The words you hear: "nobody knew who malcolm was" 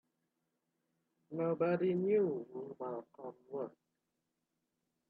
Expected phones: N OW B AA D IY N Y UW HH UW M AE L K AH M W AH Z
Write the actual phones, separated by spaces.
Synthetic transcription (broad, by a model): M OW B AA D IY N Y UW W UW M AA K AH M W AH